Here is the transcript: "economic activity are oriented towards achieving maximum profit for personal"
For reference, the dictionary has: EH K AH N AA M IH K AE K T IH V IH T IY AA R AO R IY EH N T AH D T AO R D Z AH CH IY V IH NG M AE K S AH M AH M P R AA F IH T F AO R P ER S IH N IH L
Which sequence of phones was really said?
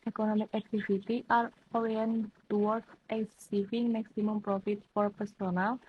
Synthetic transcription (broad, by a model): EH K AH N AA M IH K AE K T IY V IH T IY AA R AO W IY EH N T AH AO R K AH S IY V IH NG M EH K S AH M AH M P R AA F IH T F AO R P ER S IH N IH L